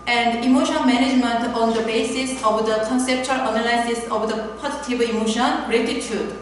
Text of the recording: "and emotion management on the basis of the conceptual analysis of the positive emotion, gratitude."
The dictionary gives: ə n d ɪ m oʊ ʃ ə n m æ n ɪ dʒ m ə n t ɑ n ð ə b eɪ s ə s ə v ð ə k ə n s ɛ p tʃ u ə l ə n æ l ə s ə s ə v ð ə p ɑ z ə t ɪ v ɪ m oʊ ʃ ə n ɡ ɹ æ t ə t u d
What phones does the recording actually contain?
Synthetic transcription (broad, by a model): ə n d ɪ m oʊ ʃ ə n m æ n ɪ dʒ m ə n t ɑ n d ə b eɪ s ə s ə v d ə k ə n s ɛ p tʃ u ə l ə n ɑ l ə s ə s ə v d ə p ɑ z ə t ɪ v ɪ m oʊ ʃ ə n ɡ ɹ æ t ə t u d